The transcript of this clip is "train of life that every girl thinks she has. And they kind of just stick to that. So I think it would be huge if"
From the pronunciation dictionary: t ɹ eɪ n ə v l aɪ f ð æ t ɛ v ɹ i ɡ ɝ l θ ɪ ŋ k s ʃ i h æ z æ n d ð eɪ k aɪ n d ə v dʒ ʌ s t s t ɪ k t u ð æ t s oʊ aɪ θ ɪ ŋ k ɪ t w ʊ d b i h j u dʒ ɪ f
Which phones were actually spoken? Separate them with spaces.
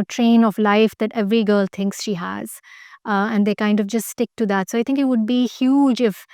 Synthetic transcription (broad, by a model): t ɹ eɪ n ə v l aɪ f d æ t ɛ v ɹ i ɡ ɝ l t ɪ ŋ k s ʃ i h æ z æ n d eɪ k aɪ n d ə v dʒ ʌ s t s t ɪ k t u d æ t s oʊ aɪ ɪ ŋ k ɪ t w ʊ d b i h j u dʒ ɪ f